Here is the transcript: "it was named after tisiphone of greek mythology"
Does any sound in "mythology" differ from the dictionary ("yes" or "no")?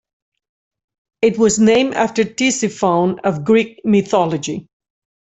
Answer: no